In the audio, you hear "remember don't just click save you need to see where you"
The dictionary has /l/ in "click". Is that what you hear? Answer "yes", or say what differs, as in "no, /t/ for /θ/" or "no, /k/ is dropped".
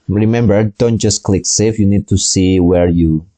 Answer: yes